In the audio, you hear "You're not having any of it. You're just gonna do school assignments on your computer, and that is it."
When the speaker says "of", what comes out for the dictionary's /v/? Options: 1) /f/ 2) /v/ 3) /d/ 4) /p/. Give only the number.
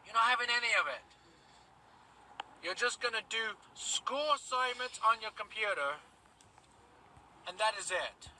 2